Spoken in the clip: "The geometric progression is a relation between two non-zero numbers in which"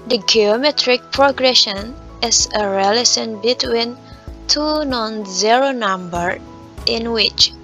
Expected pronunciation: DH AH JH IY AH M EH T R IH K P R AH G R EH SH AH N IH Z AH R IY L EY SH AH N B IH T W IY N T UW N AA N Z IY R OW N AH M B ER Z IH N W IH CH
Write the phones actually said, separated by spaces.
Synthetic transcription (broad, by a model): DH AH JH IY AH M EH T R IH K P R AH G R EH SH AH N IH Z AH R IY L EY S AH N B IH T W IY N T UW N AA N Z IY R OW N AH M B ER IH N W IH CH